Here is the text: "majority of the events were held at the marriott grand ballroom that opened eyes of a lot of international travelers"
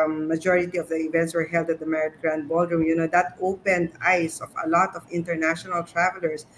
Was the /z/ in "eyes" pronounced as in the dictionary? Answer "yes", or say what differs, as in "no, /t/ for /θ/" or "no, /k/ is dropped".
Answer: no, /s/ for /z/